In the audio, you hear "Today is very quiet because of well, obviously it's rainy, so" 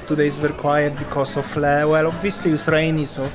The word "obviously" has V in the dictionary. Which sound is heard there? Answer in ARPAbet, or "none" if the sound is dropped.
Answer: V